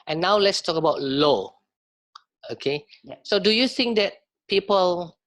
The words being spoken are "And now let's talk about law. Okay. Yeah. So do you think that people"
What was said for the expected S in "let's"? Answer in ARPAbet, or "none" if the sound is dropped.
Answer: S